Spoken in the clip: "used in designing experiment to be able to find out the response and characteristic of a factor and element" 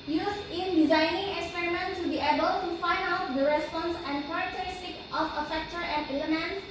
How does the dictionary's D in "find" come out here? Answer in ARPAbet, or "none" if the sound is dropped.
D